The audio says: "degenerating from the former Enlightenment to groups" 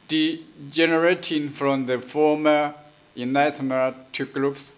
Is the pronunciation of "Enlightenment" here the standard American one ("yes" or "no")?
no